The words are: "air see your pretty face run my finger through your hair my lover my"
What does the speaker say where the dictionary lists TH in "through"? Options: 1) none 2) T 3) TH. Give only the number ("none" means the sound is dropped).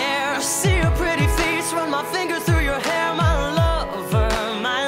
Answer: 3